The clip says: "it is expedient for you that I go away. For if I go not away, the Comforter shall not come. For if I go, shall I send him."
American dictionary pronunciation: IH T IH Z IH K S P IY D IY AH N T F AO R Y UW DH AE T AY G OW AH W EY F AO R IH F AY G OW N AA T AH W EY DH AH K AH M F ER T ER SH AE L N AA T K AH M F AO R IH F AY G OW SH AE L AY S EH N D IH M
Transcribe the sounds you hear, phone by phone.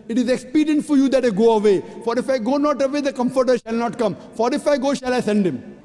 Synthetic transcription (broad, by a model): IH T IH Z IH K S P IY D IY AH N T F AO R Y UW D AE T AY G OW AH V EY F AO R IH F AY G OW N AA T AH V EY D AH K AH M F ER T ER SH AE L N AA T K AH M F AO R IH F AY G OW SH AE L AY S EH N D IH M